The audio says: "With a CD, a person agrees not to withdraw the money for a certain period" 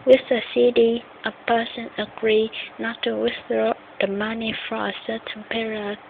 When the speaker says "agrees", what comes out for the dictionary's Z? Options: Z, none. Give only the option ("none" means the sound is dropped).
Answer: none